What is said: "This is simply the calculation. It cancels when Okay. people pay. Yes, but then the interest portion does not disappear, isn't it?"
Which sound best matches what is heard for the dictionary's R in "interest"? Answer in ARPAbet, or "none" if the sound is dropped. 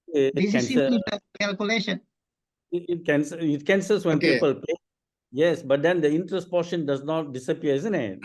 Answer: R